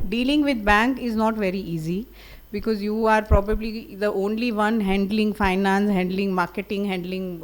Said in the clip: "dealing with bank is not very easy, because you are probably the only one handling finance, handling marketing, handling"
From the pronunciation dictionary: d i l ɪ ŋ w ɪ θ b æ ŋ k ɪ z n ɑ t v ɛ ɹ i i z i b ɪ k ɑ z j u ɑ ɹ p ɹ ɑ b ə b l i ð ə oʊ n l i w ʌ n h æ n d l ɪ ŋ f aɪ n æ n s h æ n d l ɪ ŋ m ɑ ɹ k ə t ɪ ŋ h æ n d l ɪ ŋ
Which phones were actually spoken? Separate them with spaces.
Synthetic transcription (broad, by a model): d i l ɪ ŋ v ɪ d b æ ŋ k ɪ z n ɑ t v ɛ ɹ i i z i b ɪ k ɑ z j u ɑ ɹ p ɹ ɑ b ə b l i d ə oʊ n l i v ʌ n h æ n d l ɪ ŋ f aɪ n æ n s h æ n d l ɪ ŋ m ɑ ɹ k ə t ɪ ŋ h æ n d l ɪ ŋ